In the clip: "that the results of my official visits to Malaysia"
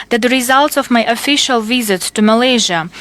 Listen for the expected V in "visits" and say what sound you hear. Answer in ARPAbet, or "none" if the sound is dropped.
V